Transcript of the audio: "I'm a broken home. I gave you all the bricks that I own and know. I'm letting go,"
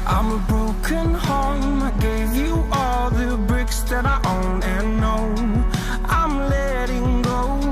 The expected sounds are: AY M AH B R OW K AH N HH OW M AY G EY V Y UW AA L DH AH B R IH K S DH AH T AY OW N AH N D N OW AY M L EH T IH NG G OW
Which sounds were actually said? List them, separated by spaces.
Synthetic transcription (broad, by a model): AY M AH B R OW K AH N HH OW M AY G EY V Y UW AA L DH AH B R IH K S DH AH T AY OW N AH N N OW AY M L EH T IH NG G OW